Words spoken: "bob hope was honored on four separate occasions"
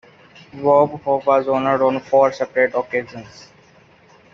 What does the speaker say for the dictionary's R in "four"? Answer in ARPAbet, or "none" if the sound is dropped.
R